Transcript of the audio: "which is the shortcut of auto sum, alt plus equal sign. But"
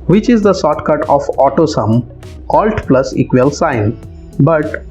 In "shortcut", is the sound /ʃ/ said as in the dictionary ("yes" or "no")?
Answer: no